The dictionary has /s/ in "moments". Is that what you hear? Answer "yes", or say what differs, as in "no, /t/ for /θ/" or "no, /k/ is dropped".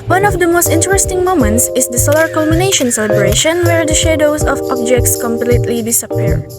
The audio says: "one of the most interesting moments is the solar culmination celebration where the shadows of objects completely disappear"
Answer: yes